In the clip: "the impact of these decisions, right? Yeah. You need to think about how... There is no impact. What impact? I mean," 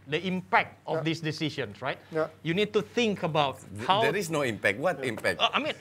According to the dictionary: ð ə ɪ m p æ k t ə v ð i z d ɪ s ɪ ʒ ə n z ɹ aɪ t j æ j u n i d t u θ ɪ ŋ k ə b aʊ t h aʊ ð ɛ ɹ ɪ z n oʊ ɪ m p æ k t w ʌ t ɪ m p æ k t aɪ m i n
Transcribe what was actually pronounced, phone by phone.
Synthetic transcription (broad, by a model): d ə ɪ m p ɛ k t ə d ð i s d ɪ s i ʃ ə n s ɹ aɪ t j j u n i d t u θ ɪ ŋ k ə b aʊ t h aʊ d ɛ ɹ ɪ s n oʊ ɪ m p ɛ k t w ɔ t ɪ m p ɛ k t aɪ m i n